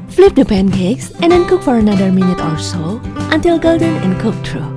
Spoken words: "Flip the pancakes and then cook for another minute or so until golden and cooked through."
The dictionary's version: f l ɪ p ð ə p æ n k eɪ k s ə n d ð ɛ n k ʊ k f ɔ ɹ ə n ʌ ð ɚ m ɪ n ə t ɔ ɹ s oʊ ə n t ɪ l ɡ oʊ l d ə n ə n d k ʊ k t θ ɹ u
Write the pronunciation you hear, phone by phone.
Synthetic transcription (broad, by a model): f l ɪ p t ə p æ n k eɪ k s ə n d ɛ n k ʊ k f ɔ ɹ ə n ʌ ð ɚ m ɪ n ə t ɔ l s oʊ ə n t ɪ l ɡ oʊ l d ə n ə n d k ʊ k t ɹ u